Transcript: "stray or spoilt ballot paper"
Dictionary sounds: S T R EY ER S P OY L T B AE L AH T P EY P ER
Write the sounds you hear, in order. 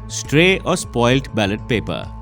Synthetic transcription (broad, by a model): S T R EY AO S P OY L T B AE L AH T P EY P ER